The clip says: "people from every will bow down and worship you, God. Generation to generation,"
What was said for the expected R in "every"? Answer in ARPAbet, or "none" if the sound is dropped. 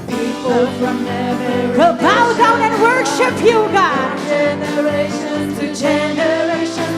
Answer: none